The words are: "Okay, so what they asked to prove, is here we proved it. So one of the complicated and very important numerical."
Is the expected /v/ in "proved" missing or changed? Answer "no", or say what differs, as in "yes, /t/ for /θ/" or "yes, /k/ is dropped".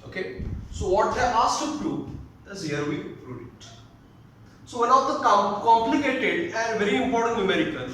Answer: yes, /v/ is dropped